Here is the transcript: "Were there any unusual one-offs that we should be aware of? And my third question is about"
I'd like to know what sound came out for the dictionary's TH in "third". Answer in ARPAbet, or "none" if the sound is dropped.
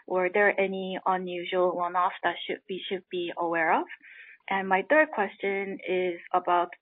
TH